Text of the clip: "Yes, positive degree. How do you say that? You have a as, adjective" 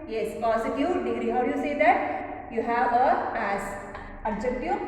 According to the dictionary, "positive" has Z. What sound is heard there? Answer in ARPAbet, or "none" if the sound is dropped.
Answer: S